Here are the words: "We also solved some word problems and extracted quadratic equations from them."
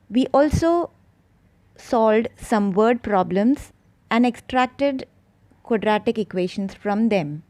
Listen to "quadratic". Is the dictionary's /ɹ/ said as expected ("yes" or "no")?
yes